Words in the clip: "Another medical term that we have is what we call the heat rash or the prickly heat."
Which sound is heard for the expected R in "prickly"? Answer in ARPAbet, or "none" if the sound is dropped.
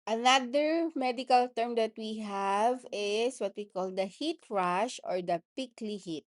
none